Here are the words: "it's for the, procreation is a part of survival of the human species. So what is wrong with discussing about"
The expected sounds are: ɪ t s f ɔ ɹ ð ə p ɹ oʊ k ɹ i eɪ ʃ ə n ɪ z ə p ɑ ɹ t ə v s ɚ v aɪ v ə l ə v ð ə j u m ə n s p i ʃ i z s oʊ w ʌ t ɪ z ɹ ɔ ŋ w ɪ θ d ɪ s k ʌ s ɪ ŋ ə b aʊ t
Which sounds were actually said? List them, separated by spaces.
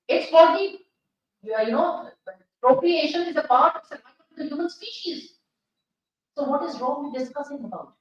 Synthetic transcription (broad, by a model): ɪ t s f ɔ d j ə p ɹ oʊ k ɹ i eɪ ʃ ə n ɪ z ə p ɑ ɹ t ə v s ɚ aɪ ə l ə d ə j u m ə n s p i ʃ i z s oʊ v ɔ t ɪ z ɹ ɔ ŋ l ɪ d ɪ s k ʌ s ɪ ŋ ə b aʊ t